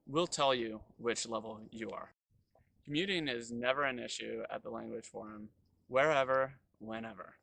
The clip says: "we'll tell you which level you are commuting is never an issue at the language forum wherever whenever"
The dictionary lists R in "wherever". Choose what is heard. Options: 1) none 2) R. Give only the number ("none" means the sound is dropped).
2